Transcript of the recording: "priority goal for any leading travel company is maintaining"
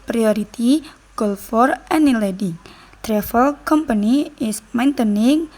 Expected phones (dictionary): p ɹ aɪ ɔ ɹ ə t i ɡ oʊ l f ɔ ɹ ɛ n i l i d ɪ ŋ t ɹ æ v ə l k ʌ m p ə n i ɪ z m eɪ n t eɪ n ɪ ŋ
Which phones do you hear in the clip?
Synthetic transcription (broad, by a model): p ɹ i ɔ ɹ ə t i ɡ oʊ l f ɔ ɹ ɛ n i l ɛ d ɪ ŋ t ɹ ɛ f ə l k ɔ m p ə n i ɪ s m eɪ n t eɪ n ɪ ŋ